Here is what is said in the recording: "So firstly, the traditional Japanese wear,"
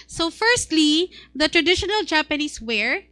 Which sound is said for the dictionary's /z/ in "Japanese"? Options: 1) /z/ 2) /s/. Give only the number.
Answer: 2